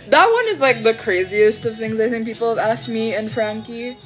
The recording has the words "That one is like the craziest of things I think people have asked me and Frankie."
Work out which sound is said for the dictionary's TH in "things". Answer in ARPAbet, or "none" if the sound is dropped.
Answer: TH